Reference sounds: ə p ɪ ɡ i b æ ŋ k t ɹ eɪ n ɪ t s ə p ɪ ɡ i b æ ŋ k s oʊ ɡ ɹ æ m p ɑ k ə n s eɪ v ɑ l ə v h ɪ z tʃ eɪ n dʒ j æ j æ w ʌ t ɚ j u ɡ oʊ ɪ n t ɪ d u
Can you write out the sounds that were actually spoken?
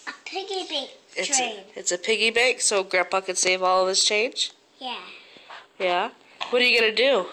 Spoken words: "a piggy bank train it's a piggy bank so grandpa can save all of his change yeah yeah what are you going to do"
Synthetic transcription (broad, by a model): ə p ɪ ɡ i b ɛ k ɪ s ɪ t s ə p ɪ ɡ i b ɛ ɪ k s oʊ ɡ ɹ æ p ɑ k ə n s eɪ v ɑ l ə v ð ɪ s tʃ eɪ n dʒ j æ j æ w ʌ t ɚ j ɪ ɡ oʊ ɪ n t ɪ d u